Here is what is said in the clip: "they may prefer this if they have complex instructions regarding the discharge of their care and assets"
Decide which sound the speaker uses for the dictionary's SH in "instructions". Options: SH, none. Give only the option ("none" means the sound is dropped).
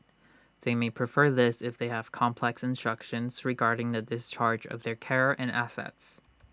SH